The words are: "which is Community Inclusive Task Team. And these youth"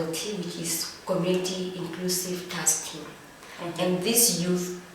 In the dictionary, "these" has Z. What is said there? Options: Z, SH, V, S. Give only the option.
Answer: S